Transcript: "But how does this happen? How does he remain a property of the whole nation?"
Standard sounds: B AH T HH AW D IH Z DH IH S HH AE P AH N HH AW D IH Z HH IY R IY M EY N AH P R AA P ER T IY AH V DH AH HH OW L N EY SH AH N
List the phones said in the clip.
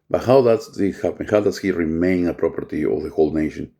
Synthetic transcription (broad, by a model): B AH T HH AW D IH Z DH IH HH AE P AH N HH AW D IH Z HH IY R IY M EY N AH P R AA P ER T IY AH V DH AH HH OW L N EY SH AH N